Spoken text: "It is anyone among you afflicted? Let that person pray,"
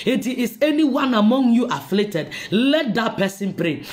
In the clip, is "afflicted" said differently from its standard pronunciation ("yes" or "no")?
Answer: yes